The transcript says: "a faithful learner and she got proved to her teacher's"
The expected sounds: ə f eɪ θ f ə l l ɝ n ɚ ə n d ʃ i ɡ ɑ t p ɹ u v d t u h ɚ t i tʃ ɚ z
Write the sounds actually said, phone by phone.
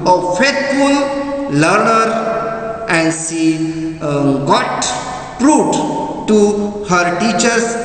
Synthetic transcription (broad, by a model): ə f eɪ t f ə l l ɝ n ɚ ə n d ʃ i ɡ ɑ t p ɹ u d t u h ɚ t i tʃ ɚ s